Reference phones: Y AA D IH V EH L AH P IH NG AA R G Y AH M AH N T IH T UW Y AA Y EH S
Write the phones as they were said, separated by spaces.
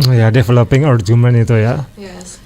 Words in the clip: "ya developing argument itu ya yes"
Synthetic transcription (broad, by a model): Y AA D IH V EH L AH P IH NG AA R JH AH M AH N IH T UW Y AA